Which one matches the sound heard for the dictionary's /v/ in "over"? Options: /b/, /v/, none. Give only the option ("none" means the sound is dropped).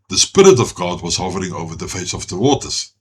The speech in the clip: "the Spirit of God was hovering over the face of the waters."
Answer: /v/